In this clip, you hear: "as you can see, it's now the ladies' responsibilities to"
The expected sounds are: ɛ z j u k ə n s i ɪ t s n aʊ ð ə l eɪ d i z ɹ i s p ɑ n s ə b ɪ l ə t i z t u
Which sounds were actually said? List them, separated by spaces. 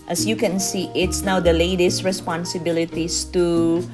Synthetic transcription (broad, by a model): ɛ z j u k ə n s i ɪ t s n aʊ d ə l eɪ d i s ɹ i s p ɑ n s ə b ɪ l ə t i s t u